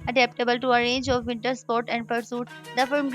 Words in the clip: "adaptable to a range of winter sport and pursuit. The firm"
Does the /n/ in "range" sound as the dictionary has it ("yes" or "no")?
yes